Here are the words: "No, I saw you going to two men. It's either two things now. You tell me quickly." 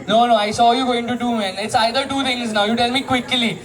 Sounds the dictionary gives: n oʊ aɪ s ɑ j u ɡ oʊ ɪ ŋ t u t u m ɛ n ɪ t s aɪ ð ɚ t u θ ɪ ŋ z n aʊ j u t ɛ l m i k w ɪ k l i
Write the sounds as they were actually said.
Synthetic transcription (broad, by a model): n oʊ aɪ s ɑ j u ɡ oʊ ɪ ŋ t u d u m ɛ n ɪ t s aɪ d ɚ t u t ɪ ŋ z n aʊ j u t ɛ l m i k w ɪ k l i